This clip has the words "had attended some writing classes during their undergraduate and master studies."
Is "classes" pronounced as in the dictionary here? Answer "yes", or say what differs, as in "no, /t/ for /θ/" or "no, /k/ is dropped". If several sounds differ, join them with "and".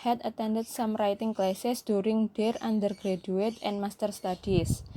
no, /s/ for /z/